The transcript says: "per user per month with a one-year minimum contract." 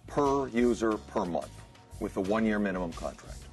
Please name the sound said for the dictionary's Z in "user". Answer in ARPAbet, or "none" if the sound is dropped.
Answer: Z